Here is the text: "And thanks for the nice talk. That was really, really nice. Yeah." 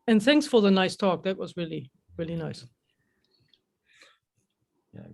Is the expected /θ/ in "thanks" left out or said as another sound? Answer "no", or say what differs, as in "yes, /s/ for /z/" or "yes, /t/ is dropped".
no